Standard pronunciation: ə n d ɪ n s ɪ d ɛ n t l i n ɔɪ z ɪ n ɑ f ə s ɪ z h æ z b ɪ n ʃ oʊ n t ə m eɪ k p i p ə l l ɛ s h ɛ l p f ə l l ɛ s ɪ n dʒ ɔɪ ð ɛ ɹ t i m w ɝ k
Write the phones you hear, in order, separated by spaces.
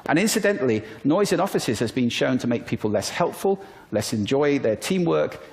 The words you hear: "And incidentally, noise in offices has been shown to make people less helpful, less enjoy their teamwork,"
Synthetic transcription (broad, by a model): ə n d ɪ n s ɪ d ɛ n t l i n ɔɪ z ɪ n ɑ f ə s ɪ z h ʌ z b ɪ n ʃ oʊ n t ə m eɪ k p i p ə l l ɛ s h ɛ l p f ə l l ɛ s ɪ n dʒ ɔɪ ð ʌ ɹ t i m w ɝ k